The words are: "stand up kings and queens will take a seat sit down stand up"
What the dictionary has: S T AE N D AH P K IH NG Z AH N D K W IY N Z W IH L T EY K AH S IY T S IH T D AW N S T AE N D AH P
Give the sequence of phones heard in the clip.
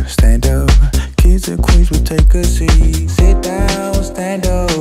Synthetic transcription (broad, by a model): S T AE N D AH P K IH Z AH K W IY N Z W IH T EY K AH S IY S IH T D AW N S T AE N D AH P